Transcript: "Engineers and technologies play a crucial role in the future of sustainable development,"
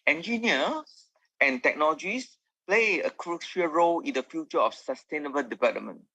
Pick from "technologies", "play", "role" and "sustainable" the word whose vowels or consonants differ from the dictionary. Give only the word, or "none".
technologies